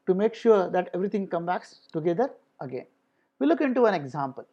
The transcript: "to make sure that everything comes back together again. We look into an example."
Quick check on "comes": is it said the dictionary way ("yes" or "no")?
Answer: no